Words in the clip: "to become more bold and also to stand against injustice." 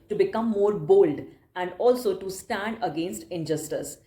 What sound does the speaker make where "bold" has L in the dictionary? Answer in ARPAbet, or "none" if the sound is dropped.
L